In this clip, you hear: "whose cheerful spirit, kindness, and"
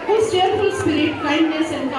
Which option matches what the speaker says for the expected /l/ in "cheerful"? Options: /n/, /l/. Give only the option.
/n/